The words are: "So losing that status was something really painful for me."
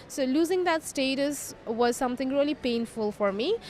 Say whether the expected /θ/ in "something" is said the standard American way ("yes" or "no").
no